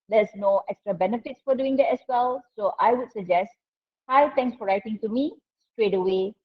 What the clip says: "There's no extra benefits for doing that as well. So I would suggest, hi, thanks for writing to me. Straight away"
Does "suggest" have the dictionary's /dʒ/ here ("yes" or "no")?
yes